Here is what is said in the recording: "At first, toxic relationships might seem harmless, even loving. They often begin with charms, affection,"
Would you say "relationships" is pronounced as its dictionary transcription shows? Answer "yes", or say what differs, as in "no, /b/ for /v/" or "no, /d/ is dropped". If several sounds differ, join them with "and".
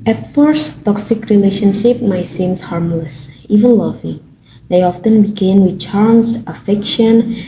no, /s/ is dropped